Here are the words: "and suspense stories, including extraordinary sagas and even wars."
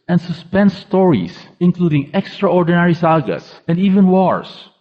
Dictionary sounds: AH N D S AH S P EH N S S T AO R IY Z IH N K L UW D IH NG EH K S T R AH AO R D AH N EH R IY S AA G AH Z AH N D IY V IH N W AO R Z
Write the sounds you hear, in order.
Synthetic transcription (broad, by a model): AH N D S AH S P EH N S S T AO R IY S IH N K L UW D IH NG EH K S T R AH AO R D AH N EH R IY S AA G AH S AH N D IY V IH N W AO R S